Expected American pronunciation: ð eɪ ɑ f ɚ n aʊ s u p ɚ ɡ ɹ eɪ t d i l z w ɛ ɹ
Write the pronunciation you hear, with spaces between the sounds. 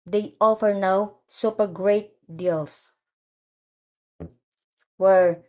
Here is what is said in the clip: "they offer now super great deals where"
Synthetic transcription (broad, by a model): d eɪ ɑ f ɚ n aʊ s u p ɚ ɡ ɹ eɪ t d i l s w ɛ ɹ